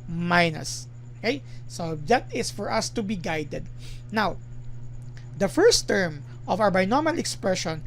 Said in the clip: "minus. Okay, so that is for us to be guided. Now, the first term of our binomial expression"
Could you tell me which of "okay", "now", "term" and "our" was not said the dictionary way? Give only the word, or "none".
our